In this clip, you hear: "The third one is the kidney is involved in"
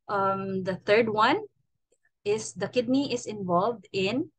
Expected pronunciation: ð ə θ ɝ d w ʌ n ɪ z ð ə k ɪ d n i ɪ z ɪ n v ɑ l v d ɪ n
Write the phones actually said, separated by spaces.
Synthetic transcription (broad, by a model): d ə t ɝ d w ʌ n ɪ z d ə k ɪ d n i ɪ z ɪ n v ɑ l v d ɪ n